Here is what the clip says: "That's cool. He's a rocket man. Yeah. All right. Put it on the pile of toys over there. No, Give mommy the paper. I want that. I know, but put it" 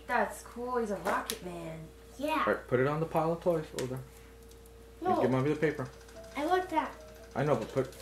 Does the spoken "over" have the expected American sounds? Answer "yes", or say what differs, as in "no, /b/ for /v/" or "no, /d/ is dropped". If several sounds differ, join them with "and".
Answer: no, /v/ is dropped